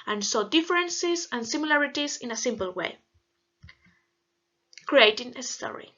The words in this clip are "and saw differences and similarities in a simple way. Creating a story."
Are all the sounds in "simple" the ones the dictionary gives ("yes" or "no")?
yes